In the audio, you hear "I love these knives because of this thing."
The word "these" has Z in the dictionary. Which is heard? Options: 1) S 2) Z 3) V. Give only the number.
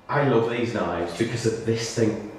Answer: 2